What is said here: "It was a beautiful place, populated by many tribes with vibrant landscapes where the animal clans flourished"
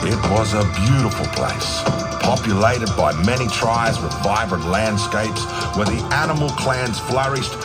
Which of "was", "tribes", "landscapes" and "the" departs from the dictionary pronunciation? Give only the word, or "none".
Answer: tribes